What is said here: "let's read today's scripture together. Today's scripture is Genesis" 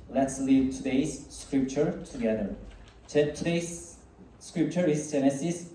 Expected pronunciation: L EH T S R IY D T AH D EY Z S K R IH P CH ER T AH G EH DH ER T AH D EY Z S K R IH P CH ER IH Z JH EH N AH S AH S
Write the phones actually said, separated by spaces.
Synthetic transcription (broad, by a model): L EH T S L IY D T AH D EY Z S K R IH P CH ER T AH G EH DH ER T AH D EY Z S K R IH P CH ER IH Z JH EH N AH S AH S